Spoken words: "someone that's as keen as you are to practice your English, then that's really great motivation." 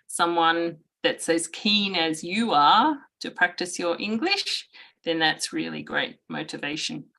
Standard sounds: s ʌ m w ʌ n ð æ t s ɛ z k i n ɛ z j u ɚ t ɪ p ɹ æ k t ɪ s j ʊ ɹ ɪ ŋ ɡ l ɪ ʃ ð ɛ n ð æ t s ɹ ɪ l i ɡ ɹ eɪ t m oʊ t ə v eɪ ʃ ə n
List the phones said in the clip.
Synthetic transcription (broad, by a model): s ʌ m w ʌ n ð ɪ t s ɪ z k i n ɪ z j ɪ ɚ t ɪ p ɹ æ k t ɪ s j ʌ ɹ ɪ ŋ ɡ l ɪ ʃ ð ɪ n ð æ t s ɹ ɪ l i ɡ ɹ eɪ t m oʊ t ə v eɪ ʃ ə n